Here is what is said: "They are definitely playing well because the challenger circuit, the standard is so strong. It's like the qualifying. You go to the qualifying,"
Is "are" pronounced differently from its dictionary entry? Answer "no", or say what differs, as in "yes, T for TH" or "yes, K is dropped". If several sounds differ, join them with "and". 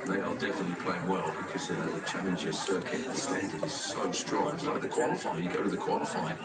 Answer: yes, L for R